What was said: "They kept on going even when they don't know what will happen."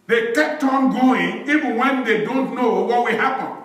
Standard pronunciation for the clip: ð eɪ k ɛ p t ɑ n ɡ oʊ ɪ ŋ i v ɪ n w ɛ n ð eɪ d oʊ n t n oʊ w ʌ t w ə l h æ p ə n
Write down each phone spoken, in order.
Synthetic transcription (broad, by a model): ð eɪ k ɛ p t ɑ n ɡ oʊ ɪ ŋ i v ɪ n w ɛ n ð eɪ d oʊ n t n oʊ w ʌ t w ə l h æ p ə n